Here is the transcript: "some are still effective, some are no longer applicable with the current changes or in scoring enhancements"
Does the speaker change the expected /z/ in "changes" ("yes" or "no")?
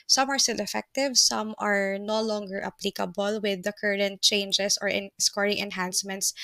yes